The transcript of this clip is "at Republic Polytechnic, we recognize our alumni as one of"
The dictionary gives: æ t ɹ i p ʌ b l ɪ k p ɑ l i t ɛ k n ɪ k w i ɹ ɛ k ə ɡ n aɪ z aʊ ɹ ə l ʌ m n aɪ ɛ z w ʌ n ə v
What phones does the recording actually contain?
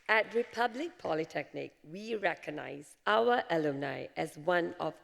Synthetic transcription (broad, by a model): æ t ɹ i p ʌ b l ɪ k p ɑ l i t ɛ k n ɪ k w i ɹ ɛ k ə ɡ n aɪ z aʊ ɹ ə l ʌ n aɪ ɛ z w ʌ n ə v